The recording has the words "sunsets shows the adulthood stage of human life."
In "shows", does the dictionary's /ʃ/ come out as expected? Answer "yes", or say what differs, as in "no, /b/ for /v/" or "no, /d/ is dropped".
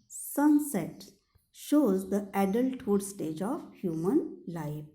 yes